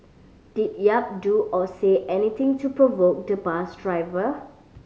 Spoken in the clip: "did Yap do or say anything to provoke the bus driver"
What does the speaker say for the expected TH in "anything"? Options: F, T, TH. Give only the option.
T